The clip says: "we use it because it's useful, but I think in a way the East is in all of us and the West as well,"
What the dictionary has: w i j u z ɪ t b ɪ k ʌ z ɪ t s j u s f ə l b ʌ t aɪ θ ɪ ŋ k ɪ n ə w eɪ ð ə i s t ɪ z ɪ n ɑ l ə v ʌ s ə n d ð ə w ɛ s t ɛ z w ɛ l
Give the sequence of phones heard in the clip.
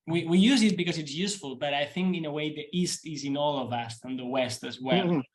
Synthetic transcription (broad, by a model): w i j u z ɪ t b ɪ k ʌ z ɪ t s j u s f ə l b ʌ t aɪ θ ɪ ŋ k ɪ n ə w eɪ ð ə i s t ɪ z ɪ n ɑ l ə v ʌ s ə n ð ə w ɛ s t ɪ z w ɛ l